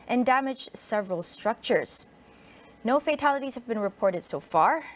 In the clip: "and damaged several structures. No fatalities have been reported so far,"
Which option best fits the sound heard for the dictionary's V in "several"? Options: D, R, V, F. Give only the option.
V